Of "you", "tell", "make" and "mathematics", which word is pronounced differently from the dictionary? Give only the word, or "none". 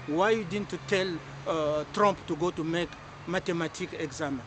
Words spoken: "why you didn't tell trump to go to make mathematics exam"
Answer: mathematics